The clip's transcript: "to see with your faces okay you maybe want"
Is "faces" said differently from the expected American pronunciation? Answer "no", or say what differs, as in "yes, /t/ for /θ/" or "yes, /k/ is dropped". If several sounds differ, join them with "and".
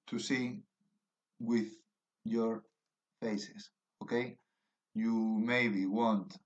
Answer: yes, /s/ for /z/